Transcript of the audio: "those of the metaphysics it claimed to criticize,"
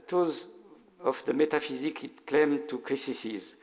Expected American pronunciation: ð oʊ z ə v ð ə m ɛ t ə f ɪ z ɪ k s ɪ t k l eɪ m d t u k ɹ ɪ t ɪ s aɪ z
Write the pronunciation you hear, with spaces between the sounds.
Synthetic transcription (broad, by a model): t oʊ z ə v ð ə m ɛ t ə f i z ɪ k ɪ t k l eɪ m t u k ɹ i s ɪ s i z